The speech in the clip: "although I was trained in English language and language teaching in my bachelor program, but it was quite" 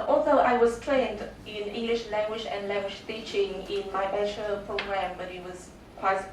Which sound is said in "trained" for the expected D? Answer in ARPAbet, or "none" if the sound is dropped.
D